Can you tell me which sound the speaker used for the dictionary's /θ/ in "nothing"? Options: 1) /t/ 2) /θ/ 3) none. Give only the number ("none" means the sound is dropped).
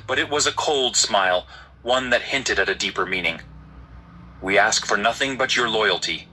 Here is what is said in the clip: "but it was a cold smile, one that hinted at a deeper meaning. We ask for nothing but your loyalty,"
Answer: 2